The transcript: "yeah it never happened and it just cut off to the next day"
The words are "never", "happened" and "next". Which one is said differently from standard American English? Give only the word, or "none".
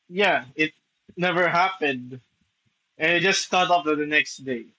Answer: none